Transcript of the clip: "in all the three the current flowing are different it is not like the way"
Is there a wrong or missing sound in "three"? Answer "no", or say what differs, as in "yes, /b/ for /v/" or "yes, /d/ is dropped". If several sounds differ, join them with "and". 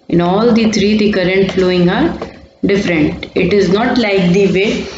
yes, /t/ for /θ/